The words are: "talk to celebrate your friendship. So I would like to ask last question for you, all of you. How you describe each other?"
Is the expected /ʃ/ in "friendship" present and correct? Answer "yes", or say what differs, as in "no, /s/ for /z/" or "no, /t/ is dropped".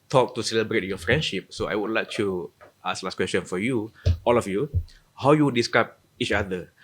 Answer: yes